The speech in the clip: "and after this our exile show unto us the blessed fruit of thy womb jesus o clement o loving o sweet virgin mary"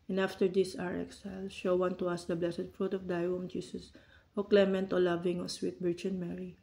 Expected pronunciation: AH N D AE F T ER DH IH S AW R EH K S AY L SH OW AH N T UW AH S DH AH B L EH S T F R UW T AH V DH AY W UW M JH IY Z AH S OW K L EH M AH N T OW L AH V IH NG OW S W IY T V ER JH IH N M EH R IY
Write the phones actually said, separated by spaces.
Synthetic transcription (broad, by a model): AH N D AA F T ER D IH S AW R EH K S AY L SH OW AH N T UW AH S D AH B L EH S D F R UW T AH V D AY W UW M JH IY S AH S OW K L EH M AH N T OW L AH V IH NG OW S W IY T B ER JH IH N M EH R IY